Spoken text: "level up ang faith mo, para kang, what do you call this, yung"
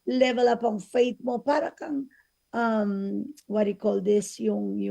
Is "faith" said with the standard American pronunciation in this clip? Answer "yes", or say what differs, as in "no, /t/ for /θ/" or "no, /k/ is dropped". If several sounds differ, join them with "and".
no, /t/ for /θ/